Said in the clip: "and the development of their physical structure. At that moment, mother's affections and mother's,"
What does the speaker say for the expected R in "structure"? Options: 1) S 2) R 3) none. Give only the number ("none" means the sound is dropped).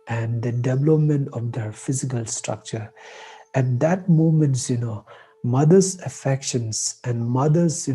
2